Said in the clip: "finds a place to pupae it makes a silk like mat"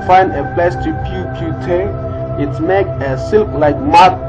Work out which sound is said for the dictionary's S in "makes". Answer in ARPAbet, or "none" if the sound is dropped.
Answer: none